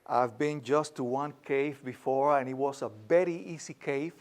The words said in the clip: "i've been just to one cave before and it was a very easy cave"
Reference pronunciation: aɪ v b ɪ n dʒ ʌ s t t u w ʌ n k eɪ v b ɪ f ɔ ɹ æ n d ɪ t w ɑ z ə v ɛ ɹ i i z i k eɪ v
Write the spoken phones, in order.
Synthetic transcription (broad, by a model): aɪ v b ɪ n dʒ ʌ s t t u w ʌ n k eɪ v b ɪ f ɔ ɹ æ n ɪ t w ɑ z ə b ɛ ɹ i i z i k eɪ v